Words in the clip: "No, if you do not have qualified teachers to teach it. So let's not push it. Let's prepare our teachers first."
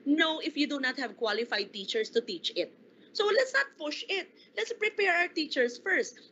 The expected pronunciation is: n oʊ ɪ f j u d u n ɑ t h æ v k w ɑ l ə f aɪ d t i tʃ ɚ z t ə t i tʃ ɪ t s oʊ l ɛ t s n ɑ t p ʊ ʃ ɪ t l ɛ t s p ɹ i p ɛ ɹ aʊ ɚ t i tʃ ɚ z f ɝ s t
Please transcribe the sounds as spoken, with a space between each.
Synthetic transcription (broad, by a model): n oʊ ɪ f j u d u n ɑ t h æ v k w ɑ l ə f aɪ d t i tʃ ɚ s t ə t i tʃ ɪ t s oʊ l ɛ t s n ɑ t p ʊ ʃ ɪ t l ɛ t s p ɹ i p ɛ ɹ aʊ ɚ t i tʃ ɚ s f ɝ s t